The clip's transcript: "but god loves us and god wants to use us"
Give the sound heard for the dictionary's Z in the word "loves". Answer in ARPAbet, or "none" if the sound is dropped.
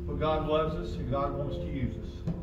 Z